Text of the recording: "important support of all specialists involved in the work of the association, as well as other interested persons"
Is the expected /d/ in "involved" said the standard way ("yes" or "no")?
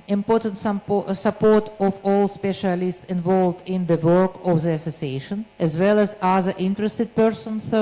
yes